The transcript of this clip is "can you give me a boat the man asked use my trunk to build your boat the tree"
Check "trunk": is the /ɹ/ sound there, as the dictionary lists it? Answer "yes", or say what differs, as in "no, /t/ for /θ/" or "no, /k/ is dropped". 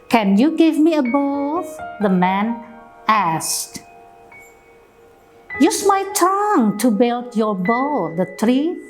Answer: no, /ɹ/ is dropped